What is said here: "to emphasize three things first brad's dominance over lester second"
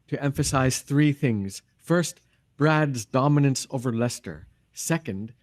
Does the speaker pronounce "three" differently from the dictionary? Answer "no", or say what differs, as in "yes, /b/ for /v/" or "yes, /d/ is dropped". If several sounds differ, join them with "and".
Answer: no